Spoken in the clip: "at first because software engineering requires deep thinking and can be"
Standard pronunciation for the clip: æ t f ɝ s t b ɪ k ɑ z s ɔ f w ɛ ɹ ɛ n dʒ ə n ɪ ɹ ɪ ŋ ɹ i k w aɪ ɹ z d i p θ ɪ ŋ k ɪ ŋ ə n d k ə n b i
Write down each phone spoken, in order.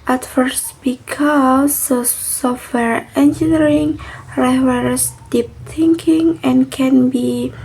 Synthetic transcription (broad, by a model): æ t f ɝ s t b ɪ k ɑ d s ɔ f w ɛ ɹ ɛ n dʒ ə n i ɹ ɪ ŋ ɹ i w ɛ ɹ s d i p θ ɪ ŋ k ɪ ŋ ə n k ə n b i